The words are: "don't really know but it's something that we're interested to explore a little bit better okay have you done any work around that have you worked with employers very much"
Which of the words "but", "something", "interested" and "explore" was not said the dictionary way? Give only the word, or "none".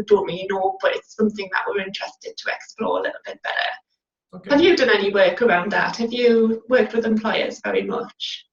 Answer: none